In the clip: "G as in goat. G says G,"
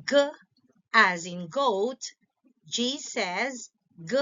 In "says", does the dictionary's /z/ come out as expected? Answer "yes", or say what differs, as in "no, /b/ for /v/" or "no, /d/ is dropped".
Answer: yes